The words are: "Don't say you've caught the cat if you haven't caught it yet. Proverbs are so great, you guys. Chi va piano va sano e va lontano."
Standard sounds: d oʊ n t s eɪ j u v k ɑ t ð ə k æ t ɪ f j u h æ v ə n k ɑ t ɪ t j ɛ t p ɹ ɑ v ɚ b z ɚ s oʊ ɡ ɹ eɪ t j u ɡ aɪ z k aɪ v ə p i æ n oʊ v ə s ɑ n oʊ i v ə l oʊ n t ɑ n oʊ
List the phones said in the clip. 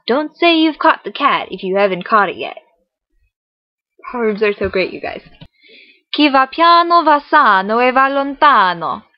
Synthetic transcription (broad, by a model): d oʊ n t s eɪ j u v k ɑ t ð ə k æ t ɪ f j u h æ v ə n k ɑ t ɪ t j ɛ t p ɑ ɚ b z ɚ s oʊ ɡ ɹ eɪ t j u ɡ aɪ z k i v ə p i n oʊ v ə s ɑ n oʊ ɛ v ə l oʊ n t ɑ n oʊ